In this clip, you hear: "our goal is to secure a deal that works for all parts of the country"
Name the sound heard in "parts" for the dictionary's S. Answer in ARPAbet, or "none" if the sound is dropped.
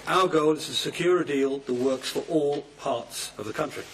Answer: S